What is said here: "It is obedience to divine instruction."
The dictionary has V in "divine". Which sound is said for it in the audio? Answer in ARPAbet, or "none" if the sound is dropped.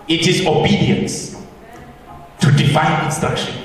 F